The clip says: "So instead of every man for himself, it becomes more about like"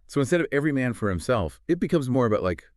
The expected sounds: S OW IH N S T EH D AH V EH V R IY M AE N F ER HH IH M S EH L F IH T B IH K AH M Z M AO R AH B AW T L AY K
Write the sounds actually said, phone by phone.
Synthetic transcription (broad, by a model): S OW IH N S T EH D AH V EH V R IY M AE N F ER HH IH M S EH L F IH T B IH K AH M Z M AO R AH B AW T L AY K